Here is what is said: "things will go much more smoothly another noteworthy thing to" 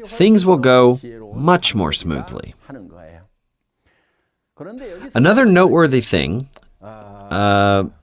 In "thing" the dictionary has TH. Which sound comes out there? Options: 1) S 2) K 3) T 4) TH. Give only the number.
4